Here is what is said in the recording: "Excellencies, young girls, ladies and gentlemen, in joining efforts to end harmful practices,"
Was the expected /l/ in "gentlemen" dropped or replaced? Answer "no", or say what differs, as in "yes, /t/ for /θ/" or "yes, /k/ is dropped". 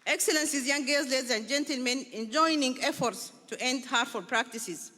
no